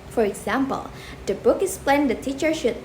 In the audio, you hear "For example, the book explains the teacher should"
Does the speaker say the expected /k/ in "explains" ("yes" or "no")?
no